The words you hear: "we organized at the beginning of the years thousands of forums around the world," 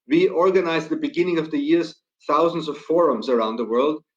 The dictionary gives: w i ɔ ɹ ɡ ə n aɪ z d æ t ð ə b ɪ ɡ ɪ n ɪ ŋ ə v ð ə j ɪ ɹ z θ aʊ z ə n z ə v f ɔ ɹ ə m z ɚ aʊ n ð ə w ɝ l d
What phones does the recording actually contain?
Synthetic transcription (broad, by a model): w i ɔ ɹ ɡ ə n aɪ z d ð ə b ɪ ɡ ɪ n ɪ ŋ ə v ð ə j ɪ ɹ z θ aʊ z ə n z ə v f ɔ ɹ ə m z ɚ aʊ n ð ə w ɝ l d